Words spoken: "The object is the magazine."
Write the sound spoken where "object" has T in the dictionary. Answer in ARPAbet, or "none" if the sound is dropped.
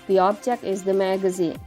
none